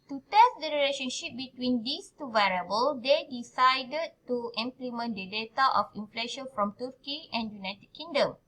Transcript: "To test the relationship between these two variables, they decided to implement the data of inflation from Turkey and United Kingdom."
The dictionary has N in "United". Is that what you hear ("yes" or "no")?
yes